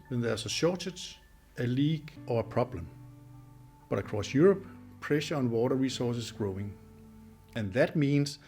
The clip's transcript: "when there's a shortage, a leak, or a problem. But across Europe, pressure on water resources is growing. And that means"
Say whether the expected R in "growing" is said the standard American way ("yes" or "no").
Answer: yes